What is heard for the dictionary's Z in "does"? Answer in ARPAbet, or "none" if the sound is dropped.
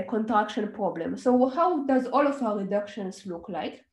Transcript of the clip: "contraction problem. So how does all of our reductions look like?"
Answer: Z